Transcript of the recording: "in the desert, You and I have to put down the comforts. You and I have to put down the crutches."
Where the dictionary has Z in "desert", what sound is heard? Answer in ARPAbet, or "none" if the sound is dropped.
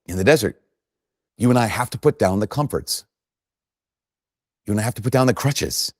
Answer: Z